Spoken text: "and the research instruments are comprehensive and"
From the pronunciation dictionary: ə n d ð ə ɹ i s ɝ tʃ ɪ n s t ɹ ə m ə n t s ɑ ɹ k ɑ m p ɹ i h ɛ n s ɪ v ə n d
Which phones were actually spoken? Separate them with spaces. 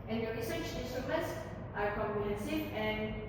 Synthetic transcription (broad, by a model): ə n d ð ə ɹ i s ɝ tʃ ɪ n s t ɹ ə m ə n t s ɑ ɹ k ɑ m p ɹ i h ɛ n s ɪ ə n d